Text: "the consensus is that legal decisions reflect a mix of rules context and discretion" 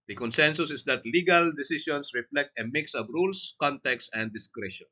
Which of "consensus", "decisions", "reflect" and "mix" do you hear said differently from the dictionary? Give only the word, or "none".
decisions